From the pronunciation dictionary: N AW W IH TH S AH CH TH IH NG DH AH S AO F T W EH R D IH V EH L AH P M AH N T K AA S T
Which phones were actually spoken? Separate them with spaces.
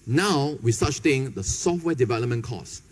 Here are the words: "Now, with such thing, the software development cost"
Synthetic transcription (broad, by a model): N AW W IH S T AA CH S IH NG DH AH S AO F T W EH D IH V EH L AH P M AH N K AA S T